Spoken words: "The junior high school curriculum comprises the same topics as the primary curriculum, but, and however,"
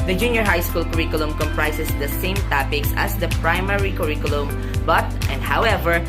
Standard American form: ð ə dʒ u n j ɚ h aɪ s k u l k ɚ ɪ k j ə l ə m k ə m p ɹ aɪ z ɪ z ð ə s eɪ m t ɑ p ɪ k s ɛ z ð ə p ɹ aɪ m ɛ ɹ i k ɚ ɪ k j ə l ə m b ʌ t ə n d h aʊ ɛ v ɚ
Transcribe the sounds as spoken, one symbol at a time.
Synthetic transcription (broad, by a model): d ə dʒ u n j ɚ h aɪ s k u l k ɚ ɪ k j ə l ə m k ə m p ɹ aɪ s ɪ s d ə s eɪ m t ɑ p ɪ k s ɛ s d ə p ɹ aɪ m ɛ ɹ i k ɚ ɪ k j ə l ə m b ʌ t ə n d h aʊ ɛ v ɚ